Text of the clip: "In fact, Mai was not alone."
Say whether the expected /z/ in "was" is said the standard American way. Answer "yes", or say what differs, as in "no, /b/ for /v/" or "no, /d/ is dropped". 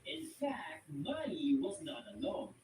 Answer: yes